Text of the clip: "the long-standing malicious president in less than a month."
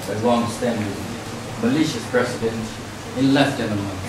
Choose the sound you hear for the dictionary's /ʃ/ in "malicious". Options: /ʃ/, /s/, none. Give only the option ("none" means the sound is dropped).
/ʃ/